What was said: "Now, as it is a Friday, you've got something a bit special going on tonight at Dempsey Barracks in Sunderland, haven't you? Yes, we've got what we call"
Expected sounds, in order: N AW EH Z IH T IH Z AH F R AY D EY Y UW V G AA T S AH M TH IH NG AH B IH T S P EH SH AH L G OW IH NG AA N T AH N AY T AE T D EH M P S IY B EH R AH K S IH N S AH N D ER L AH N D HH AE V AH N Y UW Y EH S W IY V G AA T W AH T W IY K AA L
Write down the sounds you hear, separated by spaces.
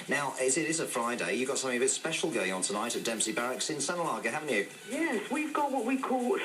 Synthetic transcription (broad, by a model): N AW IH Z IH T IH Z AH F R AY D EY Y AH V G AA T S AH M TH IH NG AH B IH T S P EH SH AH L G OW IH NG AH N T AH N AY T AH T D EH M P S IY B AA R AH K S IH N S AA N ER L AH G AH HH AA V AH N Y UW Y EH S W IY V G AA T W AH T W IY K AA L